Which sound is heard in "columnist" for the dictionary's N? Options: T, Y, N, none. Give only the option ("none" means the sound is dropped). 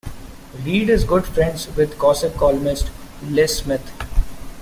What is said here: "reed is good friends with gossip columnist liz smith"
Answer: none